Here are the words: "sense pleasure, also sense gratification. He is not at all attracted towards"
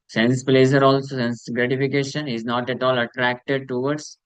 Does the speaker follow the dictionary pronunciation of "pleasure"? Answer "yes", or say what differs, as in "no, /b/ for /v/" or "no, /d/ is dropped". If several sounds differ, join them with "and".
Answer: no, /z/ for /ʒ/